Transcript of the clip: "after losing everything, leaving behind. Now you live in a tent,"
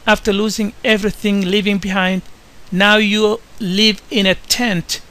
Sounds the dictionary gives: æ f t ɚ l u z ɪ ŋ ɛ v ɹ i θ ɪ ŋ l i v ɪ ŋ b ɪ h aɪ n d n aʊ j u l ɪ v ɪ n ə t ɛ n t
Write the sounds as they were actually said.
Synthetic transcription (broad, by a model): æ f t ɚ l u z ɪ ŋ ɛ v ɹ i θ ɪ ŋ l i v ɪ ŋ b ɪ h aɪ n d n aʊ j u l ɪ v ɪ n ə t ɛ n t